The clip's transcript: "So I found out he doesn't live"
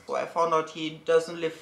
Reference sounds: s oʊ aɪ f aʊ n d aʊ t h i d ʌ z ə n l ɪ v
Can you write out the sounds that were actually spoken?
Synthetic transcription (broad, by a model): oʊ aɪ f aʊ n aʊ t h i d ʌ z ə n l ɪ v